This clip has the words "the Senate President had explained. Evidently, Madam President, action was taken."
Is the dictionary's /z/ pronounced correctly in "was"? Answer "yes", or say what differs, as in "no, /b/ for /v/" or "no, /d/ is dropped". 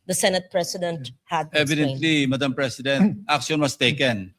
no, /s/ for /z/